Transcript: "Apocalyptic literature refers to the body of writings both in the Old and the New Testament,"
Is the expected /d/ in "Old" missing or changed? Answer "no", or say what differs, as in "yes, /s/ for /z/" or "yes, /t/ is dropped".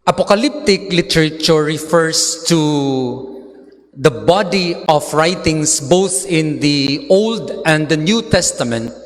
no